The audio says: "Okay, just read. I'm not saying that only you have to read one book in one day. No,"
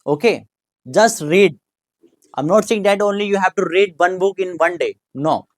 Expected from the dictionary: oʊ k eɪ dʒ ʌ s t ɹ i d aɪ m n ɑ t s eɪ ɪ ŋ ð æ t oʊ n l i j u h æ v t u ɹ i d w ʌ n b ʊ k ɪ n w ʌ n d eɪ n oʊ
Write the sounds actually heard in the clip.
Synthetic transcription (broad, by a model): oʊ k eɪ dʒ ʌ s t ɹ i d aɪ m n ɑ t s eɪ ɪ ŋ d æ t oʊ n l i j u h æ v t u ɹ i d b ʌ n b ʊ k ɪ n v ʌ n d eɪ n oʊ